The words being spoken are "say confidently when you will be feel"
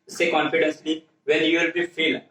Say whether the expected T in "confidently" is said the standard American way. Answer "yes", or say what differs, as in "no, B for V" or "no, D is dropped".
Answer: no, S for T